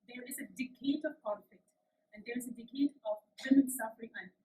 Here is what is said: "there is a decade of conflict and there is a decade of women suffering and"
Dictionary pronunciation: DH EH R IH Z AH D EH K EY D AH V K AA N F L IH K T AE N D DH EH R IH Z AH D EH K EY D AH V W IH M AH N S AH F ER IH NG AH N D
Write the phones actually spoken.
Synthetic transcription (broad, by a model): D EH R IH Z AH D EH K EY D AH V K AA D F IH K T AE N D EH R IH Z AH D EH K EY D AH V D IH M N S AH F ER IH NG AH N